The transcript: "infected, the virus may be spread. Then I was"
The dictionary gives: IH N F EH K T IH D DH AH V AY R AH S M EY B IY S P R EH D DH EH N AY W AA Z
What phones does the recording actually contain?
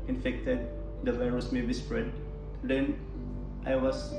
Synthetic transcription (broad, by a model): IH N F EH K T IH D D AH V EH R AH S M EY B IY S P R EH D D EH N AY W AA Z